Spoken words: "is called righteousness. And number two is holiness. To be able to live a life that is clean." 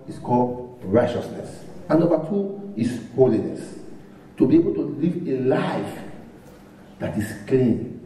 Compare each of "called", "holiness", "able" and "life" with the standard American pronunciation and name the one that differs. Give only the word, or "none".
none